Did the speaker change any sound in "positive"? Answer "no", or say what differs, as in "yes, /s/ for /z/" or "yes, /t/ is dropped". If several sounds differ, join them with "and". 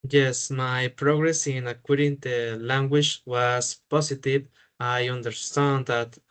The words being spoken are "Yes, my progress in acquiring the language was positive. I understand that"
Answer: yes, /s/ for /z/